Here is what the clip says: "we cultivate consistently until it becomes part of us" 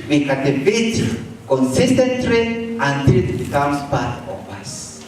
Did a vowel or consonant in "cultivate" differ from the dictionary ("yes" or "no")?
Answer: yes